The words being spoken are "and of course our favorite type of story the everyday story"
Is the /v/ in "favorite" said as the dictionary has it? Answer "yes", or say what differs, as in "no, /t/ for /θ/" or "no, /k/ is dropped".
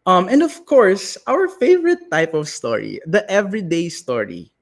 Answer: yes